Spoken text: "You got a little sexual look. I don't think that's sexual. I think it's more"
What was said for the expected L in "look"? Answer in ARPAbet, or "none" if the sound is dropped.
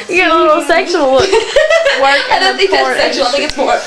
W